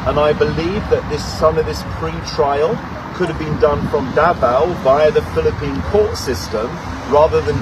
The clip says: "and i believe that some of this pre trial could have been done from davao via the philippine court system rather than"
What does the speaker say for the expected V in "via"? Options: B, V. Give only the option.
B